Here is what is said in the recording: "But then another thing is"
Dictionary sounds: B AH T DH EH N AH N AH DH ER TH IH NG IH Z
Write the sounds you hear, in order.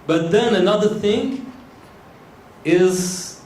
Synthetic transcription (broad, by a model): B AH T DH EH N AH N AH DH ER TH IH NG IH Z